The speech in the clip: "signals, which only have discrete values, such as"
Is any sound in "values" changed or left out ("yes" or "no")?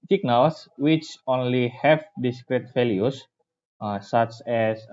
yes